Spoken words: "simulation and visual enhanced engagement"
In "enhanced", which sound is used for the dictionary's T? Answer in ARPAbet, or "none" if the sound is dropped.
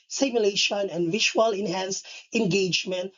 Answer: none